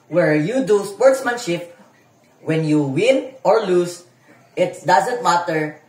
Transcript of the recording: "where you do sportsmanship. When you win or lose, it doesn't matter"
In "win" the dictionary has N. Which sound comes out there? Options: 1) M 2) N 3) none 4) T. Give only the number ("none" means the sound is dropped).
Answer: 2